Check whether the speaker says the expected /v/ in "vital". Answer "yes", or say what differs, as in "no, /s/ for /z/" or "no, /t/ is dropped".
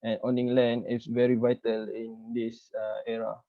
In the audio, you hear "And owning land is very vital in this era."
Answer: yes